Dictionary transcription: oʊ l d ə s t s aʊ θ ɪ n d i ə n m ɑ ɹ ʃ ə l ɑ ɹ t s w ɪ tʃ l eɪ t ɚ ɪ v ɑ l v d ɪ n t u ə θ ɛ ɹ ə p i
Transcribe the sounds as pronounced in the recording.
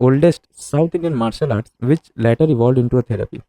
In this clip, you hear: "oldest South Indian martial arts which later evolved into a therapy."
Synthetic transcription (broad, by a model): oʊ l d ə s t s aʊ t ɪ n d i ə n m ɑ ɹ ʃ ə l ɑ ɹ t s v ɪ tʃ l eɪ t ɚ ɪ v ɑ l d ɪ n t u ə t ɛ ɹ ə p i